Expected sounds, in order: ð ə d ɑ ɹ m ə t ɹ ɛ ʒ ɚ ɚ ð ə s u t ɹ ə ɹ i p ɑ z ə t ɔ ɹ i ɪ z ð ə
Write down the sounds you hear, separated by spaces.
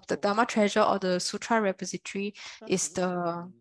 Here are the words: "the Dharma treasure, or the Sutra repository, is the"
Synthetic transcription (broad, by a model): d ə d ɑ m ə t ɹ ɛ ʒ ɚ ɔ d ə s u t ɹ ə ɹ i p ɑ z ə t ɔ ɹ i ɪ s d ə